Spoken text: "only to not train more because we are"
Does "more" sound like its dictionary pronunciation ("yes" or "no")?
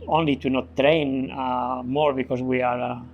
yes